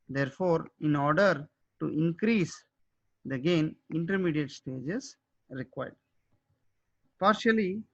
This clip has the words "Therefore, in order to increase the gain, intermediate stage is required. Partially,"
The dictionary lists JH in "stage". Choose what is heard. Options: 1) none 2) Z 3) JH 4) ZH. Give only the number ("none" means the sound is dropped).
3